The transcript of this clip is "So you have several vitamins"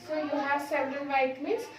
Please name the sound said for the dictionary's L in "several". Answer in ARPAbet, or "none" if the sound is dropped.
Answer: N